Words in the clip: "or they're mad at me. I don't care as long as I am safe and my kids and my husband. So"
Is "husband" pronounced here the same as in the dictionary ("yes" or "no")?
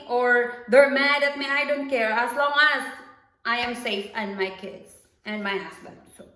no